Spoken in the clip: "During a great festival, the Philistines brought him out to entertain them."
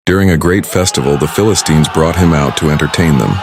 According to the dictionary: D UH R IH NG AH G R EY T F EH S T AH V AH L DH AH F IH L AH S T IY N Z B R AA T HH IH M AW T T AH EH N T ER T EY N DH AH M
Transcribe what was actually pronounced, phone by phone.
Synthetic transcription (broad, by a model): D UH R IH NG AH G R EY T F EH S T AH V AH L DH AH F IH L AH S T IY N Z B R AA T HH IH M AW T T AH EH N T ER T EY N DH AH M